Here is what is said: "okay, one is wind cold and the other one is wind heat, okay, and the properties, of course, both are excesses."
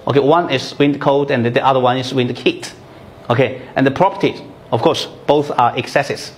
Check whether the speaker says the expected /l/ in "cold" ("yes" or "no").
no